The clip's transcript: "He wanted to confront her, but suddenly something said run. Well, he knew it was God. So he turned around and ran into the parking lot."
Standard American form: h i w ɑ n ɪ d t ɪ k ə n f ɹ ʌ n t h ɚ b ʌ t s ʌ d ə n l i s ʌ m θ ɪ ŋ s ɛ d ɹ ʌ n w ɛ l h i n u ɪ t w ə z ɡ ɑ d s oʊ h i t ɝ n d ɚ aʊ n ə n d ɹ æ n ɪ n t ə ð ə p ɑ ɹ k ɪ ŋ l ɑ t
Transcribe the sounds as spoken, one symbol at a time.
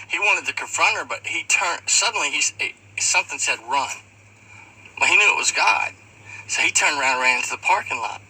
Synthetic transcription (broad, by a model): h i w ɑ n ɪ d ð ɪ k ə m f ɹ ʌ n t ɚ b ʌ t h ʌ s ə n l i s ʌ m θ ɪ ŋ s ɛ d ɹ ʌ n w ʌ h i n u ɪ t w ə z ɡ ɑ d s oʊ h i t ɝ n d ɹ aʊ ə n d ɹ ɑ ɪ n t ə ð ə p ɑ ɹ k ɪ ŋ l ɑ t